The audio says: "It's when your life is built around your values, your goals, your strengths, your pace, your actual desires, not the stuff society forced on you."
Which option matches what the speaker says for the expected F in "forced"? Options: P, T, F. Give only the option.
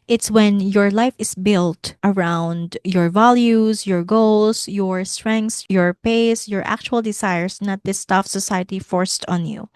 F